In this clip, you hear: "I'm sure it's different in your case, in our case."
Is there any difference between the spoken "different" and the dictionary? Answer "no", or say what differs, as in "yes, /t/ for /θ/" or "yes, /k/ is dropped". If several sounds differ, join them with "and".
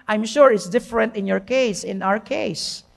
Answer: no